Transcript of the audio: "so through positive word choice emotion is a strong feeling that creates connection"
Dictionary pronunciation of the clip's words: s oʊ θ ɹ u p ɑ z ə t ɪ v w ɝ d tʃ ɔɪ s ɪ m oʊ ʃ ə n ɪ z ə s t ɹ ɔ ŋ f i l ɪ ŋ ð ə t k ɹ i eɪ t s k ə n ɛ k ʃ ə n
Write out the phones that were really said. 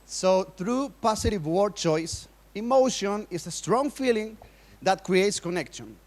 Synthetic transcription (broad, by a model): s oʊ θ ɹ u p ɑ s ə t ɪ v w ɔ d tʃ ɔɪ s ɪ m oʊ ʃ ə n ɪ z ə s t ɹ ɔ ŋ f i l ɪ ŋ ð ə t k ɹ i eɪ t s k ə n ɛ k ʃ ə n